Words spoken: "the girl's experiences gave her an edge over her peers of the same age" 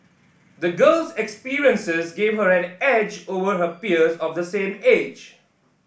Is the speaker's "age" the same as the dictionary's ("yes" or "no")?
yes